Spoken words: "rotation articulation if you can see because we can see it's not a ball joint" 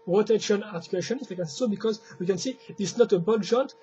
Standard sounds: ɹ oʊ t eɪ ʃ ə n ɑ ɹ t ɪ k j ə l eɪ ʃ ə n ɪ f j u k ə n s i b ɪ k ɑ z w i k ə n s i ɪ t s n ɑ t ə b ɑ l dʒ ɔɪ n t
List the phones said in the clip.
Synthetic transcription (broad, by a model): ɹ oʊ t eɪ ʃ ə n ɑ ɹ t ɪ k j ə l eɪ ʃ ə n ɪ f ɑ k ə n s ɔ b ɪ k ɑ z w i k ə n s i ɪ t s n ɑ t ə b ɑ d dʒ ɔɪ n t